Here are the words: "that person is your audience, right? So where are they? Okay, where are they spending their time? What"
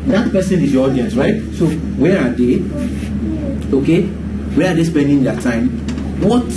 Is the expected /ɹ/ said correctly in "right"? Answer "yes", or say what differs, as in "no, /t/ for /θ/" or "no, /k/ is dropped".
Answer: yes